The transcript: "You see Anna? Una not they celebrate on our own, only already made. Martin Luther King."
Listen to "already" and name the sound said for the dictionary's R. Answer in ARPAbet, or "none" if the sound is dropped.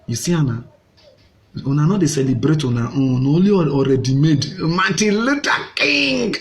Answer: R